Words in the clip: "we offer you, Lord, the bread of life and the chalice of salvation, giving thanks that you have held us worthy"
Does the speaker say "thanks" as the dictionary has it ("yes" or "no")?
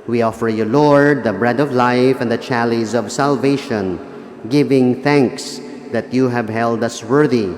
yes